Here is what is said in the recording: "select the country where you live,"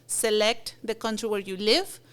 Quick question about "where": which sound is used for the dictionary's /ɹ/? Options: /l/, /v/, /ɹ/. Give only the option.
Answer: /ɹ/